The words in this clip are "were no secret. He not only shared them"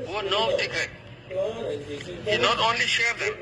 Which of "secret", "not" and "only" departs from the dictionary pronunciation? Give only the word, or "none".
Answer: secret